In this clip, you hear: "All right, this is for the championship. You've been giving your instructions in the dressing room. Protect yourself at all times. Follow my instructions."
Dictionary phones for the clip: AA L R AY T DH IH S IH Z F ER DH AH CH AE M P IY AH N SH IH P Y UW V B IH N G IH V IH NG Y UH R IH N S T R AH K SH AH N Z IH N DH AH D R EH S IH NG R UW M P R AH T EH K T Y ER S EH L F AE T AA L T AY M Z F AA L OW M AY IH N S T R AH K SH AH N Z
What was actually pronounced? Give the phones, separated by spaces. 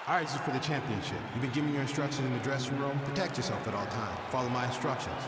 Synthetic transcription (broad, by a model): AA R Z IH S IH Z F ER DH AH CH AE M P IY AH N SH IH P Y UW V B IH N G IH V IH NG Y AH R IH N S T R AH K SH AH N Z IH N DH AH D R EH S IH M R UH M P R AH T EH K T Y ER S EH L F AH T AA L T AY M F AA L OW M AY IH N S T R AH K SH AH N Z